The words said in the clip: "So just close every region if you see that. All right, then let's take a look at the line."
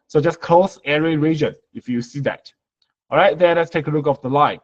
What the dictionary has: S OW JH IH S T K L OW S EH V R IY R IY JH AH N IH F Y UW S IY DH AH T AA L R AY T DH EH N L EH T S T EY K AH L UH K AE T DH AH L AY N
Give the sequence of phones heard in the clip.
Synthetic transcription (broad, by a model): S OW JH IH S K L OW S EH R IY R IY JH AH N IH F Y UW S IY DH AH T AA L R AY T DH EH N L EH T S T EY K AH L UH K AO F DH AH L AY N